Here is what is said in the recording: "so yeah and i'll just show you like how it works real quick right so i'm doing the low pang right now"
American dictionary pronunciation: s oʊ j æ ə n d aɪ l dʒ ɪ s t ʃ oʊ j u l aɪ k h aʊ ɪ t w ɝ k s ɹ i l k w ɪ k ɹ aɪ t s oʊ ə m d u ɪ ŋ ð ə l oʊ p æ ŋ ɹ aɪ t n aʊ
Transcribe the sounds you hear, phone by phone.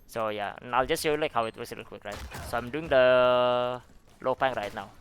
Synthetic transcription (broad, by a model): s oʊ j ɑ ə n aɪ l dʒ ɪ s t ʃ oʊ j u l aɪ k h aʊ ɪ t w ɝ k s l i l k w ɪ k ɹ aɪ t s oʊ ə m d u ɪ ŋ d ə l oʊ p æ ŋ ɹ aɪ t n aʊ